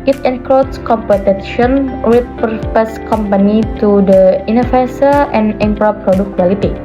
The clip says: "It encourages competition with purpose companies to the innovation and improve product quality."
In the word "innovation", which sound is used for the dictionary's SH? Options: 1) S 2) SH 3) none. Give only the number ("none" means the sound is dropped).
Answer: 1